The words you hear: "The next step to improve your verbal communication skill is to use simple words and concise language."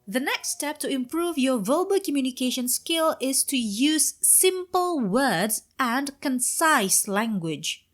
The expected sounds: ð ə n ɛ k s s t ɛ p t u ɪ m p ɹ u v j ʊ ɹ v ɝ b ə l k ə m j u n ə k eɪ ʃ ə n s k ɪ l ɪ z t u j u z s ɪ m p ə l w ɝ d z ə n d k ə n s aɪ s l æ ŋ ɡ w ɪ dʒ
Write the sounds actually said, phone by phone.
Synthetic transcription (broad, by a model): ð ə n ɛ k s s t ɛ p t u ɪ m p ɹ u v j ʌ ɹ v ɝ b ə k ə m j u n ə k eɪ ʃ ə n s k ɪ l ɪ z t u j u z s ɪ m p ə l w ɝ d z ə n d k ə n s aɪ s l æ ŋ ɡ w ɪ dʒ